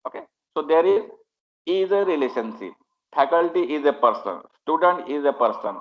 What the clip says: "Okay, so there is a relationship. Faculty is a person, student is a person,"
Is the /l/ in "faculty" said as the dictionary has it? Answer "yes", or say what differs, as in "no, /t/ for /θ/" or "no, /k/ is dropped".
yes